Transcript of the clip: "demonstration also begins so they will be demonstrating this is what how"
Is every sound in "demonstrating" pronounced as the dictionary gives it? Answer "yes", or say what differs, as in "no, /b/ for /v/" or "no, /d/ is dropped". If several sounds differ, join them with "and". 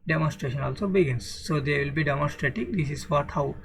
no, /n/ is dropped